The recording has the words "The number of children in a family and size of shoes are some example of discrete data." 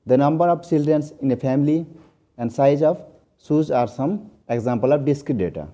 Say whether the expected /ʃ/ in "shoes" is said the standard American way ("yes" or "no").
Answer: no